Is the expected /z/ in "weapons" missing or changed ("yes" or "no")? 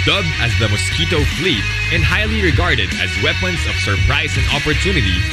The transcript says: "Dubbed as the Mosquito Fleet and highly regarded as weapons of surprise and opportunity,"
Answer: yes